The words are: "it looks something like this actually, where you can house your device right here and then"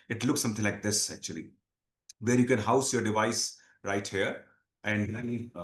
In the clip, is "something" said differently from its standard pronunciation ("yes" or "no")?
yes